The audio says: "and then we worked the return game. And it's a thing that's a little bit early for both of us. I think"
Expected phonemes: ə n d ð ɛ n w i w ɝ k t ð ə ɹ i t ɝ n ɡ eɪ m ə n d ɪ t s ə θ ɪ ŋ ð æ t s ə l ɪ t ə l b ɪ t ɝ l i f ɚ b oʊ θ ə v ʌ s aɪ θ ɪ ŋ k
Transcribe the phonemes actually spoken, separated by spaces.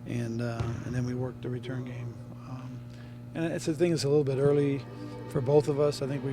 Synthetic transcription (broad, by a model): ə n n ð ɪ n w i w ɝ k t ð ə ɹ i t ɝ n ɡ eɪ m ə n ɪ t s ə θ ɪ ŋ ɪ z ə l ɪ t l b ɪ t ɝ l i f ɚ b oʊ θ ə v ʌ s aɪ θ ɪ ŋ k